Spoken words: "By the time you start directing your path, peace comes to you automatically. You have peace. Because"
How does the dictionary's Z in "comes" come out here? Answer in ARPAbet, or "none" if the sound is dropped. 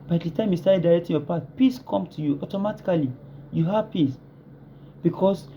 none